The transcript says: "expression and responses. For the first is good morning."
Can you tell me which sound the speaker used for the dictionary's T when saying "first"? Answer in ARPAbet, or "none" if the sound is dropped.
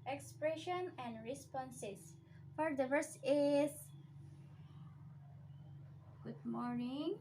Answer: none